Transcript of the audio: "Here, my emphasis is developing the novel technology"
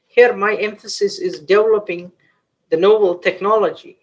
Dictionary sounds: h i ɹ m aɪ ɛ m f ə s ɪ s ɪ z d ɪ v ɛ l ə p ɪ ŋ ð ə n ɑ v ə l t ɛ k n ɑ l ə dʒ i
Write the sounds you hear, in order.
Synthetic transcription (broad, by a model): h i ɹ m aɪ ɛ m f ə s ɪ s ɪ z d ɪ v ɛ l ə p ɪ ŋ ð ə n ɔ b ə l t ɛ k n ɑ l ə dʒ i